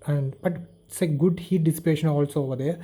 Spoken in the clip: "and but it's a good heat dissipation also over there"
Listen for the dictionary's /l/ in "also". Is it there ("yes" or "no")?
yes